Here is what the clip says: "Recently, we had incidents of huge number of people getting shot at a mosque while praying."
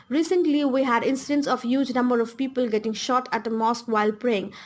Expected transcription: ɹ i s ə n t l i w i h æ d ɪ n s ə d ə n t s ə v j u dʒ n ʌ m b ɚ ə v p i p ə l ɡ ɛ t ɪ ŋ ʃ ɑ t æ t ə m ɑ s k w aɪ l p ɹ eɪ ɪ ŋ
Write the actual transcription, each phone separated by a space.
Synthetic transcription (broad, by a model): ɹ i s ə n t l i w i h æ d ɪ n s ə d ə n t s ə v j u dʒ n ʌ m b ɚ ə v p i p ə l ɡ ɛ t ɪ ŋ ʃ ɑ t æ t ə m ɑ s k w aɪ l p ɹ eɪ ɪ ŋ